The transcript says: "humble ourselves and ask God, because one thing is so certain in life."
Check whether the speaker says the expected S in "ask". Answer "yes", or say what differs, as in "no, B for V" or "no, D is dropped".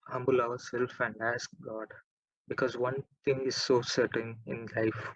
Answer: yes